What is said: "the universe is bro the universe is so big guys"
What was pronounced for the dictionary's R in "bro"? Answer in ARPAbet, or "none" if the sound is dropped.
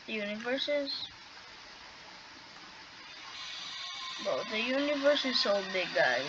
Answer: none